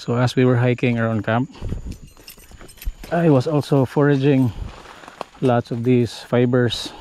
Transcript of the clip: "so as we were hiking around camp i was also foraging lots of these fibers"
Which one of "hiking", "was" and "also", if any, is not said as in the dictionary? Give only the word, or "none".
was